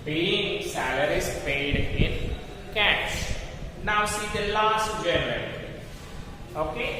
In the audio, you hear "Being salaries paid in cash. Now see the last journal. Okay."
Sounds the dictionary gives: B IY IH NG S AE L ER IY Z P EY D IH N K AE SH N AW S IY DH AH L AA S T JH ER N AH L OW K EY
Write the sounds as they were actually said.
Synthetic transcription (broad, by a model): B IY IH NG S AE L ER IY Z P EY D IH N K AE S N AW S IY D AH L AA S T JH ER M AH N OW K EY